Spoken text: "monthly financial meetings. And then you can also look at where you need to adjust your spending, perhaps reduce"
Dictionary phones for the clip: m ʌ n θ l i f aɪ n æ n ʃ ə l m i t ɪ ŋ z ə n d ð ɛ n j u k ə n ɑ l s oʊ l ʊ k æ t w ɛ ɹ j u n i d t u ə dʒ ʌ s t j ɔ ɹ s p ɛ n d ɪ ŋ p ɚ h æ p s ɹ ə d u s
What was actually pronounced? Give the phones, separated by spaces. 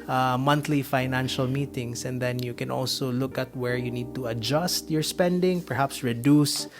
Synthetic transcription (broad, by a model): m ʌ n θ l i f aɪ n æ n ʃ ə l m i t ɪ ŋ s ə n d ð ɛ n j u k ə n ɑ l s oʊ l ʊ k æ t w ɛ ɹ j u n i d t u ə dʒ ʌ s t j ɔ ɹ s p ɛ n d ɪ ŋ p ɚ h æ p s ɹ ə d u s